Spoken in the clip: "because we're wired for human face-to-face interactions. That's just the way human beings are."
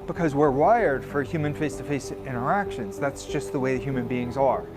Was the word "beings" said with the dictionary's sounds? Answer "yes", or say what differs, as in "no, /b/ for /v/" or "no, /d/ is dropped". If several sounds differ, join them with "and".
yes